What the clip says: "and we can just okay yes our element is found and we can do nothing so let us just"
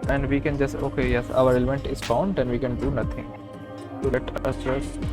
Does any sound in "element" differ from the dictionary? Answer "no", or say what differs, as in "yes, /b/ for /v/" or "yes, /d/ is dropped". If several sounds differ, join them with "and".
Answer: no